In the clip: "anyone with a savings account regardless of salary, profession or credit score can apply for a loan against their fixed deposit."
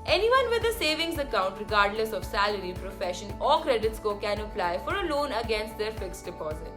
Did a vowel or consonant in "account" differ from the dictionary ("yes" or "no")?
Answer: no